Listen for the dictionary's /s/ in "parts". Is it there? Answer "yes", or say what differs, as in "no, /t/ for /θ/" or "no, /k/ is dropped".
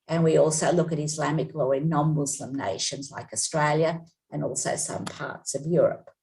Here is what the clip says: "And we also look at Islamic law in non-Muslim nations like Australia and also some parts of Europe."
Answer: yes